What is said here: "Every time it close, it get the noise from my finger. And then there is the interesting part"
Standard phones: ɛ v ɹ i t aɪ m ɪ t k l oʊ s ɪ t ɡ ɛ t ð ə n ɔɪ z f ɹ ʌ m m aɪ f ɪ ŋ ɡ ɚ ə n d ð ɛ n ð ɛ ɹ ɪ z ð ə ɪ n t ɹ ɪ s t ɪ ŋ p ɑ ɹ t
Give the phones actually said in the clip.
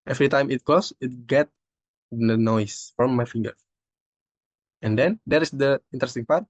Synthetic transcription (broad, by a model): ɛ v ɹ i t aɪ m ɪ t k oʊ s ɪ t ɡ ɛ t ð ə n ɔɪ s f ɹ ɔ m m aɪ f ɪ ŋ ɡ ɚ ə n d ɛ n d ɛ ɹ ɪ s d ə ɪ n t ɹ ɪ s t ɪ ŋ p ɑ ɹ t